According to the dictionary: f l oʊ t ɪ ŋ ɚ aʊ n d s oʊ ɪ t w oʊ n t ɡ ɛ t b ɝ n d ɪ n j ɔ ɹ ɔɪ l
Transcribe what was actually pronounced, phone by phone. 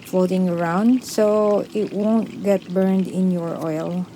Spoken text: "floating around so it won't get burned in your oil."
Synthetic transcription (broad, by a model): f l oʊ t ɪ ŋ ɚ aʊ n d s oʊ ɪ t w oʊ n t ɡ ɛ t b ɝ n d ɪ n j ɔ ɹ ɔɪ l